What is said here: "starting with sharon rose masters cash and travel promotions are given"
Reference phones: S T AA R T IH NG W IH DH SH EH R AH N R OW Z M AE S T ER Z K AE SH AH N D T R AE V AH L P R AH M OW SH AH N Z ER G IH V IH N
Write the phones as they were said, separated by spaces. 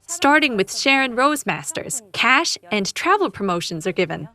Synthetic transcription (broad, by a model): S T AA R T IH NG W IH DH SH EH R AH N R OW Z M AE S T ER Z K AE SH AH N T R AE V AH L P R AH M OW SH AH N Z ER G IH V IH N